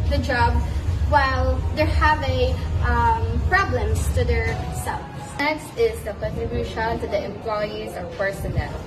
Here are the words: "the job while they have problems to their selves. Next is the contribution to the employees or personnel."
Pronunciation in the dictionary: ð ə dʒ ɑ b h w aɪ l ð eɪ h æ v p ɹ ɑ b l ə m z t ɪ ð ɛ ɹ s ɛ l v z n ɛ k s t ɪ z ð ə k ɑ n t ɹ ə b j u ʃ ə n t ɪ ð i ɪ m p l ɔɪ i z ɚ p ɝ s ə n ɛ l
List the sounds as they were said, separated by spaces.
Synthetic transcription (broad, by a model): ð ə dʒ ɑ b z w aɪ l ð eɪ h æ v p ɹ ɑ b l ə m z t ɪ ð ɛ ɹ s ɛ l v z n ɛ k s t ɪ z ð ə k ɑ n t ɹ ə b j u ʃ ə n t ɪ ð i ɪ m p l ɔɪ i z ɚ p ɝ s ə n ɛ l